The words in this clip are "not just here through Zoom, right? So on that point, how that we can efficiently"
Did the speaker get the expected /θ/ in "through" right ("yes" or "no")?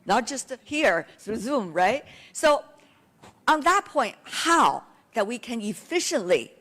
no